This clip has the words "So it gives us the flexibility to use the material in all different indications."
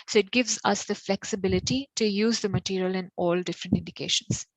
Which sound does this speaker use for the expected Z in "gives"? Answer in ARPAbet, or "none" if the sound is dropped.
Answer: Z